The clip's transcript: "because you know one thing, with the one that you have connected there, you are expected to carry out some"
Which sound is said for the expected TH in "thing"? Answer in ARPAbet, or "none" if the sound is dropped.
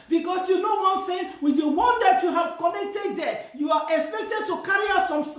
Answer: S